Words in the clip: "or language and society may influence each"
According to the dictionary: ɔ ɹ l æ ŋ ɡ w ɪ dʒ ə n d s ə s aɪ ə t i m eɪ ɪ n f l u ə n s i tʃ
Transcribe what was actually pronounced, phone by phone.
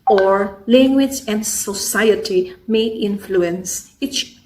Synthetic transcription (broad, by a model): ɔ ɹ l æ ŋ ɡ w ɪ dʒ ə n d s ə s aɪ ə t i m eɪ ɪ n f l u ə n s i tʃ